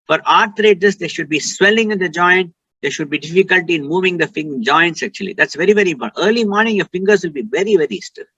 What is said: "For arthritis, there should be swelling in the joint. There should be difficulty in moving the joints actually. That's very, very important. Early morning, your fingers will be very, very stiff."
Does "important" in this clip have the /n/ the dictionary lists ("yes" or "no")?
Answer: no